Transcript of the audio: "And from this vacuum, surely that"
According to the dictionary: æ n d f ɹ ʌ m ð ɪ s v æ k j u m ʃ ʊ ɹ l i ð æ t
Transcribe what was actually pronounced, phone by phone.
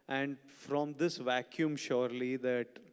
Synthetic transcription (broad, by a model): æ n d f ɹ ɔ m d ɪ s v æ k j u m ʃ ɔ ɹ l i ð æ t